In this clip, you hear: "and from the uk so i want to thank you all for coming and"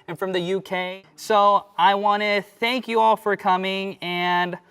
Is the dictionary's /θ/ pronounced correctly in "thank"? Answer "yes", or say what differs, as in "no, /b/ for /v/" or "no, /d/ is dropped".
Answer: yes